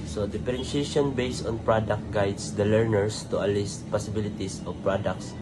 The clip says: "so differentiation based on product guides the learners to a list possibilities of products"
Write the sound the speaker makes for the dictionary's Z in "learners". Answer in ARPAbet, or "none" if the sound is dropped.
S